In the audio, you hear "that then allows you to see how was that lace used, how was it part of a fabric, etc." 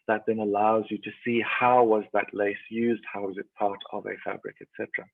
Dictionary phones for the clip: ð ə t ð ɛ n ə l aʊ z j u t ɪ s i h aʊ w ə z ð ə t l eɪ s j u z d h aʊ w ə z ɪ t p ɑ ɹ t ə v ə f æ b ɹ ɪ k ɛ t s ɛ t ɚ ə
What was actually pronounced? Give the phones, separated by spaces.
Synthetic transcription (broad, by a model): ð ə t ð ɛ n ə l aʊ z j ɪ t ɪ s i h aʊ w ə z ð ə t l eɪ s j u z d h aʊ w ə z ɪ t p ɑ ɹ t ə v ə f æ b ɹ ɪ k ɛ t s ɛ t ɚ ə